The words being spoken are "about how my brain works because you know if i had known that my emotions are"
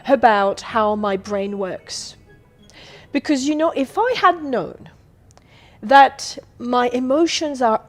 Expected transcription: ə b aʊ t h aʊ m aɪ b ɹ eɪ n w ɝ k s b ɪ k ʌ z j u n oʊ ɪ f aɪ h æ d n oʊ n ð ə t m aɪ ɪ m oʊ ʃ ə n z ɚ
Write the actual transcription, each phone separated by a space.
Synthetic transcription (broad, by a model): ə b aʊ t h aʊ m aɪ b ɹ eɪ n w ɝ k s b ɪ k ʌ z j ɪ n oʊ ɪ f aɪ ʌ d n oʊ n ð ə t m aɪ ɪ m oʊ ʃ ə n z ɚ